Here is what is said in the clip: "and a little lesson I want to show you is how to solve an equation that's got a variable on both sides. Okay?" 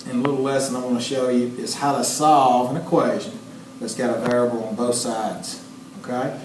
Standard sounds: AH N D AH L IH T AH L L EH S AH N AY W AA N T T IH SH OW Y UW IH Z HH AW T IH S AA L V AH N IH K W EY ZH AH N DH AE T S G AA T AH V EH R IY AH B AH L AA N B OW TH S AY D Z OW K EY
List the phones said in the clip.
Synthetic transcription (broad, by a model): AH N AH L IH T L L EH S AH N AY W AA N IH SH OW Y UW IH Z HH AW T IH S AA L V AH N IH K W EY ZH AH N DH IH T S G AA T AH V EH R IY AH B L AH N B OW TH S AY D Z OW K EY